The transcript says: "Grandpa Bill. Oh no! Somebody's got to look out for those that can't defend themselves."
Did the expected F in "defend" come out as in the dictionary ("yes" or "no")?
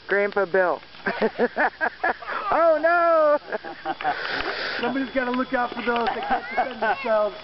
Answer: no